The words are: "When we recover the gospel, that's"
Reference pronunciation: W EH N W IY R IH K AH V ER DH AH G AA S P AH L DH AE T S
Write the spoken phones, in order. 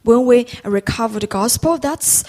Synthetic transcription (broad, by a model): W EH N W IY R IH K AH V ER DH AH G AA S P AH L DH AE T S